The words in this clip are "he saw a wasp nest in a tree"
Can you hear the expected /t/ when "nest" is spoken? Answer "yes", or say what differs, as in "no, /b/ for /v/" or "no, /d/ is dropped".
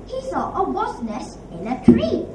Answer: no, /t/ is dropped